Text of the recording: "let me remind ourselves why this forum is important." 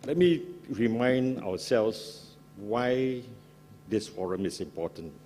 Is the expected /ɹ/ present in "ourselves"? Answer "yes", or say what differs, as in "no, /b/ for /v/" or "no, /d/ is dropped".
no, /w/ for /ɹ/